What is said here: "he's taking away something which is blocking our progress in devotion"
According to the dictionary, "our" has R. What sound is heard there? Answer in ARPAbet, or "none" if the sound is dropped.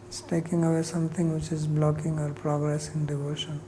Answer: R